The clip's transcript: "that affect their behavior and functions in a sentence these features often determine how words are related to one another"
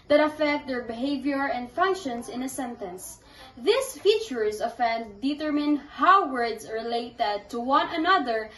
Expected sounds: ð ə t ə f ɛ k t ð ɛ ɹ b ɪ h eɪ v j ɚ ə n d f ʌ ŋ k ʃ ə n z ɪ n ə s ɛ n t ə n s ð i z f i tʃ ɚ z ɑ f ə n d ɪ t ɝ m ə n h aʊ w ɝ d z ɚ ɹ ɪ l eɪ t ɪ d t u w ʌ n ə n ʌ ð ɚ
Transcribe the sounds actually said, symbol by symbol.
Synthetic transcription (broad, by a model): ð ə t ə f ɛ k t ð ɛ ɹ b ɪ h eɪ v j ɚ ə n d f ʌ ŋ k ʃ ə n s ɪ n ə s ɛ n t ə n s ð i s f i tʃ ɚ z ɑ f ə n d ɪ t ɝ m ə n h aʊ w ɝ d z ɹ ɪ l eɪ t ɪ d t u w ʌ n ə n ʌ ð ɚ